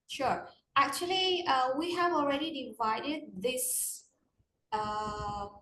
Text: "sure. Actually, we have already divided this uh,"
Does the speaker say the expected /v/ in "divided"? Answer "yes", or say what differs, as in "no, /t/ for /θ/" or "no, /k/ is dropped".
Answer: yes